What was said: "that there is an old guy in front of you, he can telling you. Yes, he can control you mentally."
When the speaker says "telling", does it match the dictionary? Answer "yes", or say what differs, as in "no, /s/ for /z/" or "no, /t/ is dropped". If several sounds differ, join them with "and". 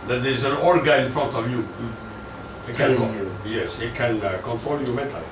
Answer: no, /n/ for /l/